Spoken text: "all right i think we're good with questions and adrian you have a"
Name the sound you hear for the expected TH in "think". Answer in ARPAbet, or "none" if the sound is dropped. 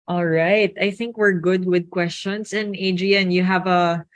TH